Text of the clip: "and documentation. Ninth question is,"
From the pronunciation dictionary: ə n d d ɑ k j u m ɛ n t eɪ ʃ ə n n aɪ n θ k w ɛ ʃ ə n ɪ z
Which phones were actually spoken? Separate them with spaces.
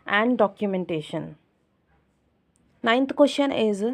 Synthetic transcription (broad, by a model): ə n d d ɑ k j u m ɛ n t eɪ ʃ ə n n aɪ n t k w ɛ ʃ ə n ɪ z